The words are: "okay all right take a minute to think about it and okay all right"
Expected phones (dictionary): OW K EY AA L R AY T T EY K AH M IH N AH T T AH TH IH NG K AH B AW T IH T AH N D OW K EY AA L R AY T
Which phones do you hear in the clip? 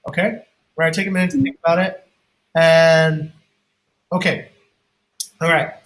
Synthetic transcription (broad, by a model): OW K EY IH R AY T T EY K AH M IH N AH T T AH TH IH NG K AH B AW T IH T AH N OW K EY AA L R AY T